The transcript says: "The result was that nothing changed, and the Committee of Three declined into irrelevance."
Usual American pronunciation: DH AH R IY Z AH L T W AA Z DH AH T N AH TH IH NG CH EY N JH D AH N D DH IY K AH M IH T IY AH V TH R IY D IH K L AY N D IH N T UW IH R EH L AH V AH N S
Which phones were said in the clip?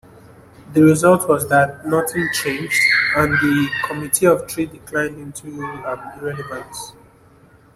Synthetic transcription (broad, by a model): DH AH R IY Z AH L T W AA Z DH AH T N AH TH IH NG CH EY N JH D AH N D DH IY K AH M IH T IY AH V T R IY D IH K L AY N D IH N T UW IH R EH L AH V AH N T